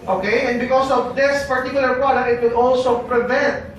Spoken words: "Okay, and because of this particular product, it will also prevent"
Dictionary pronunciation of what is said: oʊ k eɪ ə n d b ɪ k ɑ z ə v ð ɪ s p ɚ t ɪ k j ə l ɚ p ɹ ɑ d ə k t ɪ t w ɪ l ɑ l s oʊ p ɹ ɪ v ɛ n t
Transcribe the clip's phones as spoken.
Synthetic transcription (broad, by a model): oʊ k eɪ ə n b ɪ k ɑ s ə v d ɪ s p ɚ t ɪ k j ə l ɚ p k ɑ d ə t ɪ t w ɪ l ɑ l s oʊ p ɹ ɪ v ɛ n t